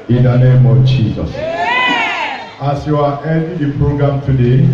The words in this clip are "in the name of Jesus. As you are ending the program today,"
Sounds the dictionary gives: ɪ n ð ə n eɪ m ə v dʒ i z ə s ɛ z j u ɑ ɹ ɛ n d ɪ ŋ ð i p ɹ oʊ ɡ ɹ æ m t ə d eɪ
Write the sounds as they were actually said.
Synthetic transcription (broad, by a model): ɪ n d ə n eɪ m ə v dʒ i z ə s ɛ s j u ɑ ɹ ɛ d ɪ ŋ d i p ɹ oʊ ɡ ɹ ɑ m t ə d eɪ